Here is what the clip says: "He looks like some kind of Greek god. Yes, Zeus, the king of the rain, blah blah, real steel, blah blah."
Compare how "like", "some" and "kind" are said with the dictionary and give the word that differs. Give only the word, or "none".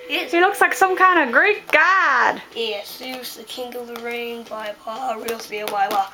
none